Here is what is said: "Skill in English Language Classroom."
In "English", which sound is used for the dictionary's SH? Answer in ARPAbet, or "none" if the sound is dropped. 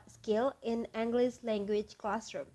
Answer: S